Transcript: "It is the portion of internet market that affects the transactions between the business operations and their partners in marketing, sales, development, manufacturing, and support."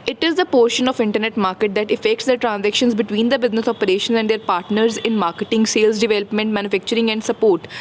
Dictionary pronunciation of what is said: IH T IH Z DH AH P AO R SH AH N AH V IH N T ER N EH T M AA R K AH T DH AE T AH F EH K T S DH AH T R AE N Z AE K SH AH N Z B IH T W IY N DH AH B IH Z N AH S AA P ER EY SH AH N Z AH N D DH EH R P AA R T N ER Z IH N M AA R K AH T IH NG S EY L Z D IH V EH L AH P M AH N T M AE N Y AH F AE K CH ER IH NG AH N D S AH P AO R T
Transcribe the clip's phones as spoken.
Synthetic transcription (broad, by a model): IH T IH Z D AH P AO R SH AH N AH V IH N T ER N EH T M AA R K AH T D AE T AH F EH K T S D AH T R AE N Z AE K SH AH N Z B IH T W IY N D AH B IH Z N AH S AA P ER EY SH AH N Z AH N D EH R P AA R T N ER Z IH N M AA R K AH T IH NG S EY L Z D IH V EH L AH P M AH N T M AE N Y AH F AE K CH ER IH NG AH N D S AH P AO R T